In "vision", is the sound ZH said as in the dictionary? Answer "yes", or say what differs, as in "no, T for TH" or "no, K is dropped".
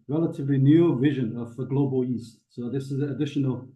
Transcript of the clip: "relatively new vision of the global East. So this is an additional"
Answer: yes